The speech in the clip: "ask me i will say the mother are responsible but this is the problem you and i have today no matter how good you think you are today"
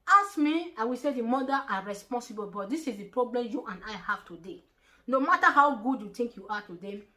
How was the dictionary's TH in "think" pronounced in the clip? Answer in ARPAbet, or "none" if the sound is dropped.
T